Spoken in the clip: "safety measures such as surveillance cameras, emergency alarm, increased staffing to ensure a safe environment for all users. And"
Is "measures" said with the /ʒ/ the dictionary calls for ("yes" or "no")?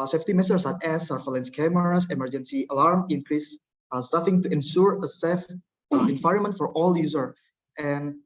no